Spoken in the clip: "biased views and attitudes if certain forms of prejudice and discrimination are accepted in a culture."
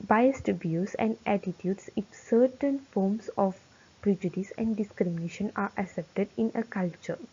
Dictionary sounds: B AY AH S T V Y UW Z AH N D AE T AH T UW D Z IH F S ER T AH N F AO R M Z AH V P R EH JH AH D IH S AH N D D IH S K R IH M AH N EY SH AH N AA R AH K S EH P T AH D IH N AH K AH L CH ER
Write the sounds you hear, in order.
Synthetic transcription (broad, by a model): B AY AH S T B Y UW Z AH N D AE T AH T UW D S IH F S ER T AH N F AO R M S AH F P R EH JH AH D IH S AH N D D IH S K R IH M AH N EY SH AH N AA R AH S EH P T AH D IH N AH K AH L CH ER